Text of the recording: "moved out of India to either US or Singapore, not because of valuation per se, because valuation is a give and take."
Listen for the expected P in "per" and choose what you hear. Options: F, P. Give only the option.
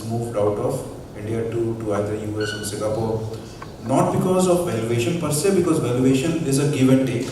P